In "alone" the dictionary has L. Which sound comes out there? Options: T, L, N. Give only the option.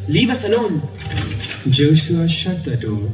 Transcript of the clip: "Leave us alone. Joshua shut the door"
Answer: N